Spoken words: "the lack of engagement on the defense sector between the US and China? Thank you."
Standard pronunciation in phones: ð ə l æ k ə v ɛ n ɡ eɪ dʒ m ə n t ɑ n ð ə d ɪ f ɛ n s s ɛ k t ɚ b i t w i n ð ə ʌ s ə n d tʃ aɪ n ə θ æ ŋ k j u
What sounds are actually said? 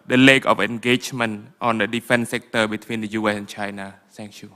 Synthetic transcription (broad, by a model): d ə l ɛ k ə f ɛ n ɡ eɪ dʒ m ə n t ɑ n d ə d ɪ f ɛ n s s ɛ k t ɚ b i t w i n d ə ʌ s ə n tʃ aɪ n ə s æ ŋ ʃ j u